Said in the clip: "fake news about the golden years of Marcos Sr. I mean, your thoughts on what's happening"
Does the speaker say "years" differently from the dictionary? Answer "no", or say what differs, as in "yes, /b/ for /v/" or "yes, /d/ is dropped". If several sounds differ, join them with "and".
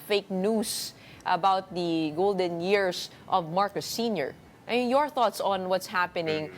yes, /s/ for /z/